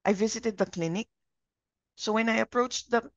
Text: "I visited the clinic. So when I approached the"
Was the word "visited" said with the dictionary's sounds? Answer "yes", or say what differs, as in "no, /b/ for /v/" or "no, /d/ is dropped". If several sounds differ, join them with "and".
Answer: yes